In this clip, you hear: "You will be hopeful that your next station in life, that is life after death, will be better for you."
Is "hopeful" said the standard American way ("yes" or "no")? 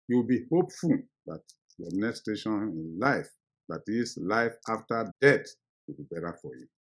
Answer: yes